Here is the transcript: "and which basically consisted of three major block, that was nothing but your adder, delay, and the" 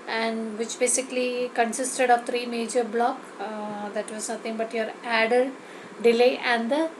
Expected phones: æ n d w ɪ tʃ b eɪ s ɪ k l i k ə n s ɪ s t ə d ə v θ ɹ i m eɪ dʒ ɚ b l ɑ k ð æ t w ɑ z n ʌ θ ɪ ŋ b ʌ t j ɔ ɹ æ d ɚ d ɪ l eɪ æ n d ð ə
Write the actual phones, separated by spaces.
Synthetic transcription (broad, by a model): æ n d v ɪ tʃ b eɪ s ɪ k l i k ə n s ɪ s t ə d ə v t ɹ i m eɪ dʒ ɚ b l ɑ k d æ t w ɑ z n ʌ t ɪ ŋ b ʌ t j ɔ ɹ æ d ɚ d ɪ l eɪ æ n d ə